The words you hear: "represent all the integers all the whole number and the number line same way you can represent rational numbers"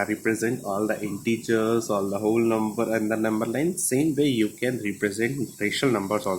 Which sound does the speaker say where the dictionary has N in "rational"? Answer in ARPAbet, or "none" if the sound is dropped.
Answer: none